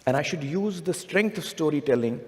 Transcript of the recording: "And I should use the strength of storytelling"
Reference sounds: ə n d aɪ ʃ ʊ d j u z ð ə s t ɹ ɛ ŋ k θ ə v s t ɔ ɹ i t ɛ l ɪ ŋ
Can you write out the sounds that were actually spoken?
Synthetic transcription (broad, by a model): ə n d aɪ ʃ ʊ d j u z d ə s t ɹ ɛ ŋ k t ə v s t ɔ ɹ i t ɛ l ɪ ŋ